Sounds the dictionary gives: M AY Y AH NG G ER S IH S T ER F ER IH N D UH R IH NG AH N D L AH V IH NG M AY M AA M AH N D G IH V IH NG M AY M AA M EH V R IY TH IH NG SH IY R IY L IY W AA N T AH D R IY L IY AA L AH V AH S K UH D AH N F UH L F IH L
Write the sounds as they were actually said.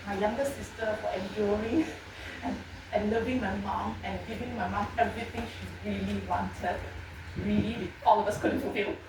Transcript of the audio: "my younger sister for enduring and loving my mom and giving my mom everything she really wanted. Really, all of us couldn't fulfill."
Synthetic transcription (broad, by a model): M AY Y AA NG G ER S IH S T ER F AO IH N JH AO R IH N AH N L AH V IH NG M AY M AA M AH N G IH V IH NG M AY M AA M EH V R IY T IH NG SH IY R IY L IY W AA N T AH D R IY L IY AA L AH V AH S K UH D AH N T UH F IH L